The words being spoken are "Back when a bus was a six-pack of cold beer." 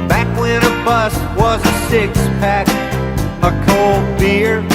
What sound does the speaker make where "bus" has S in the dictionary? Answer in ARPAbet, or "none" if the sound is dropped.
S